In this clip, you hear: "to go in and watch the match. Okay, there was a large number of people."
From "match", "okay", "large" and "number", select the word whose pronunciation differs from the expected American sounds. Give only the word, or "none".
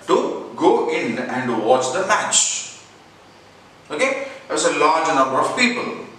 none